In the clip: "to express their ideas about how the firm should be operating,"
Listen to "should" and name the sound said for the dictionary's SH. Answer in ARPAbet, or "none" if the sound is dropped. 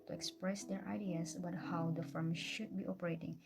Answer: SH